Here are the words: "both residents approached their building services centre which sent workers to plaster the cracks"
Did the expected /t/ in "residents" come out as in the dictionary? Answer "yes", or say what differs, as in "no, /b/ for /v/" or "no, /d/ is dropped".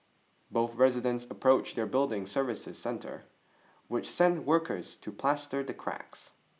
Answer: yes